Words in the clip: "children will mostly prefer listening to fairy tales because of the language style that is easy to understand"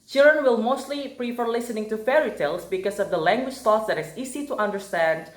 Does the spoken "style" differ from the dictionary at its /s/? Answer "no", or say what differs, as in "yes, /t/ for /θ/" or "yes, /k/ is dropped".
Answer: yes, /θ/ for /s/